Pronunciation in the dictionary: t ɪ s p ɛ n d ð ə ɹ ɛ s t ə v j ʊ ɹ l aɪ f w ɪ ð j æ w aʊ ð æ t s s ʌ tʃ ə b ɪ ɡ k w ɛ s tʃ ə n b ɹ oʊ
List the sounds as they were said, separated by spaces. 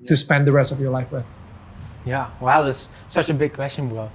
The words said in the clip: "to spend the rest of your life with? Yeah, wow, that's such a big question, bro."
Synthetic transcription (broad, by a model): t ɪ s p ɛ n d ð ə ɹ ɛ s t ə v j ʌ ɹ l aɪ f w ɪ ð j æ w aʊ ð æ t s s ʌ tʃ ə b ɪ ɡ k w ɛ s tʃ ə n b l